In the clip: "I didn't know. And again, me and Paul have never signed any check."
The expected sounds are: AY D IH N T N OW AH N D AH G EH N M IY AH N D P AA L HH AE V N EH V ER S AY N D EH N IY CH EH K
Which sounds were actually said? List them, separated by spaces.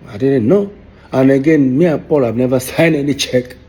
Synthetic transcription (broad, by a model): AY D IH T N OW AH N AH G EH N M IY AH P AA L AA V N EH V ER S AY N EH N IY CH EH K